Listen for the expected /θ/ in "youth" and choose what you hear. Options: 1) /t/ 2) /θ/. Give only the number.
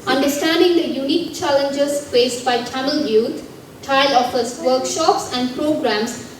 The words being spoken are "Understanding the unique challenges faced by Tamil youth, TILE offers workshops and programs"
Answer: 1